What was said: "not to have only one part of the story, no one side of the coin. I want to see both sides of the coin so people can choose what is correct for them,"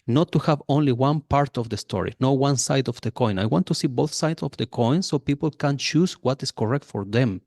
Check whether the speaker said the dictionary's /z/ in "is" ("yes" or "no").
no